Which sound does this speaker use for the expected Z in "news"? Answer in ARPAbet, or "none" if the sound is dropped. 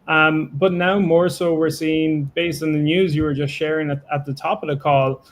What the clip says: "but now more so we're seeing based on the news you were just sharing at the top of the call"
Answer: Z